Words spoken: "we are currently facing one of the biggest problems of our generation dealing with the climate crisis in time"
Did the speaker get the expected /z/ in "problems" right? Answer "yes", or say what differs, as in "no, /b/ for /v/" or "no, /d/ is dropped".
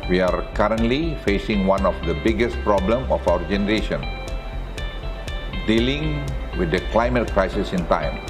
no, /z/ is dropped